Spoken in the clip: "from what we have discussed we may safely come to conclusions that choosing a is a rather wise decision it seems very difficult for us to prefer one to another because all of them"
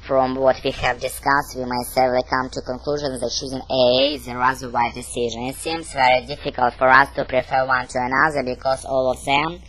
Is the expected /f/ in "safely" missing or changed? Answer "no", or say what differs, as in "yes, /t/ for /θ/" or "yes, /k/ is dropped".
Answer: yes, /f/ is dropped